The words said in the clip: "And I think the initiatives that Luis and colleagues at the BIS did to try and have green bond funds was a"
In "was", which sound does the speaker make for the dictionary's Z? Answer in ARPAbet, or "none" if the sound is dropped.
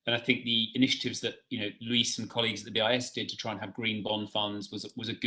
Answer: Z